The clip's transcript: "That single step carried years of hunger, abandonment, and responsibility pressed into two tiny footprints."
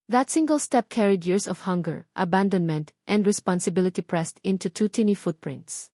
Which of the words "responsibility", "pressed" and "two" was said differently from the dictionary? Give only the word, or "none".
none